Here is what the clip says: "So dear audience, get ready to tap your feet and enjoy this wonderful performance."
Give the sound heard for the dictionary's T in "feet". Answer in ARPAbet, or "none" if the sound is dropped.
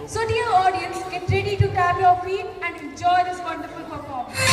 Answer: none